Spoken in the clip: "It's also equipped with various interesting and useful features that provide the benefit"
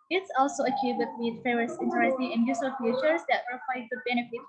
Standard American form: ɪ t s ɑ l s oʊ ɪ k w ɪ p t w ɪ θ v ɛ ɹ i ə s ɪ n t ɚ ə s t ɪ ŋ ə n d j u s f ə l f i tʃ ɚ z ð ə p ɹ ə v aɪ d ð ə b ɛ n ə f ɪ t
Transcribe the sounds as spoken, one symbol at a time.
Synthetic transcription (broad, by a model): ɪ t s ɑ l s oʊ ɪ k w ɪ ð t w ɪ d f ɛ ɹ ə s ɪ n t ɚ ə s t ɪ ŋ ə n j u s ə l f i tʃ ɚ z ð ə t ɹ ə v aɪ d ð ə b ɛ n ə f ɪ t